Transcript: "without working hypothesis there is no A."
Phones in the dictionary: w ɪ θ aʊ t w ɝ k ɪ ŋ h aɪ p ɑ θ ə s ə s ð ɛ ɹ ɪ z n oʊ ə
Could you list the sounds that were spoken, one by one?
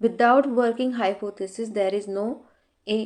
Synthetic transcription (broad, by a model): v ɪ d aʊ t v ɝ k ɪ ŋ h aɪ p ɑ t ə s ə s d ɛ ɹ ɪ z n oʊ